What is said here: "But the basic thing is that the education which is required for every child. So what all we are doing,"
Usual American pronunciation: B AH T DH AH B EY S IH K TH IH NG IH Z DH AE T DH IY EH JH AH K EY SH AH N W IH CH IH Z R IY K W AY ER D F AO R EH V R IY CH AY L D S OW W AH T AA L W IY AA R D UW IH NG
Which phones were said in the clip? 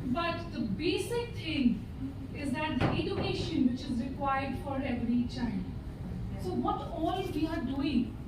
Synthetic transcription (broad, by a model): B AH T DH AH B EY S IH K T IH NG IH Z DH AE T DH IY EH JH AH K EY SH AH N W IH CH IH Z R IY K W AY ER D F AO R EH V R IY CH AY N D S OW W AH T AA L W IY AA R D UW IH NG